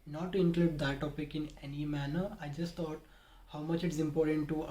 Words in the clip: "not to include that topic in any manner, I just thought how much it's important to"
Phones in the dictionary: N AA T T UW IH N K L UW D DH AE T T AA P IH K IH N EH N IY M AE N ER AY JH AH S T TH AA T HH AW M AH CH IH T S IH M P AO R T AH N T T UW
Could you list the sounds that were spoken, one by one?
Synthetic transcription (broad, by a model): N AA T T UW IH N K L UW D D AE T T AA P IH K IH N EH N IY M AE N ER AY JH AH S T T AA T HH AW M AH CH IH T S IH M P AO R T AH N T T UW